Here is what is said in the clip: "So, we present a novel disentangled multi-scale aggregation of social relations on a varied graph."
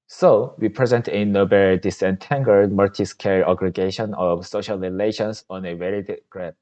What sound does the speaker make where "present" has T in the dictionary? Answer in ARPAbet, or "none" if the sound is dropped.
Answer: T